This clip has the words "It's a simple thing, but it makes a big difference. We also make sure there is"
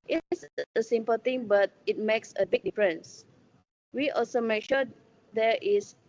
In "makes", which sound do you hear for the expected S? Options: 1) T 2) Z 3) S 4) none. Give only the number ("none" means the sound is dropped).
3